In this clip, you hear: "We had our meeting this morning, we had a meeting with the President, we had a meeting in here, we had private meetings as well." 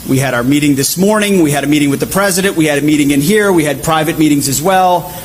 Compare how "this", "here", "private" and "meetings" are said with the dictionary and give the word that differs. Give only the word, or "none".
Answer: none